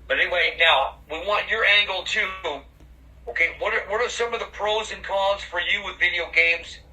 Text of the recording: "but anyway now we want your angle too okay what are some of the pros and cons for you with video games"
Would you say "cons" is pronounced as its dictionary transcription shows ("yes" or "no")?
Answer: no